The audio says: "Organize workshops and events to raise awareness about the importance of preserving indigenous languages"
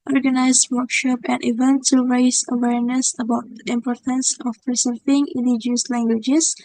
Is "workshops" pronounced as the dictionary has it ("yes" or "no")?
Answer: no